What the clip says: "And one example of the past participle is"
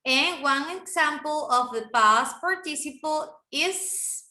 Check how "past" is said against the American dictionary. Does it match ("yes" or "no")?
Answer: no